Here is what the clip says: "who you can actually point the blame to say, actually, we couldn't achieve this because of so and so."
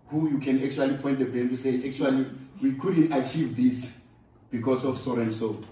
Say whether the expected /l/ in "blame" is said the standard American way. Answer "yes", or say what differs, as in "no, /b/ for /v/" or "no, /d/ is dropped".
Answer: no, /l/ is dropped